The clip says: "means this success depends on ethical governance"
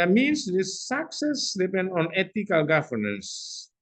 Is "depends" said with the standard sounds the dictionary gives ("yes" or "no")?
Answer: no